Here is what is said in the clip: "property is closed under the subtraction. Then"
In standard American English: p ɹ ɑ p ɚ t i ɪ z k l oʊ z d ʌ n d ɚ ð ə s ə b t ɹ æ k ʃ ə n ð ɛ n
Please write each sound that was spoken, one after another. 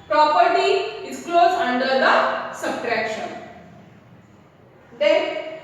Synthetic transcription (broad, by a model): p ɹ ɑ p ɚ t i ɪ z k l oʊ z ʌ n d ɚ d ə s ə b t ɹ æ k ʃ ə n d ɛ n